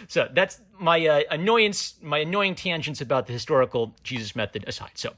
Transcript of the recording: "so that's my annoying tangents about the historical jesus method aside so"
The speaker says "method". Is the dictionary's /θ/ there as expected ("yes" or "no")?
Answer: yes